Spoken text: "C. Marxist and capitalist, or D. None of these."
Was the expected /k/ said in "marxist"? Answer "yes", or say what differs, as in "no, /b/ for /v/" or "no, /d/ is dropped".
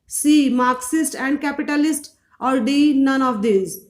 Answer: yes